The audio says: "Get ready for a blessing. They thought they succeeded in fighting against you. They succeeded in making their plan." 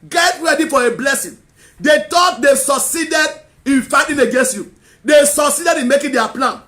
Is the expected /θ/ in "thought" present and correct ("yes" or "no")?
no